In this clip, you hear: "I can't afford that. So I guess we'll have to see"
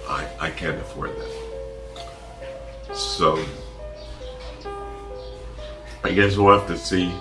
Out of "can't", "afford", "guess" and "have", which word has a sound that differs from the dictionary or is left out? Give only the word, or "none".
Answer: have